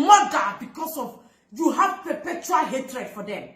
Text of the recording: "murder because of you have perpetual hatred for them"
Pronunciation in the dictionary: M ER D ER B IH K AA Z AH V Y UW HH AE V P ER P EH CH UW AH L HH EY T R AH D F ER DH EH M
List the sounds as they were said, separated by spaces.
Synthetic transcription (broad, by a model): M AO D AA B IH K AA S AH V Y UW HH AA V P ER P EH CH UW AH L HH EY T R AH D F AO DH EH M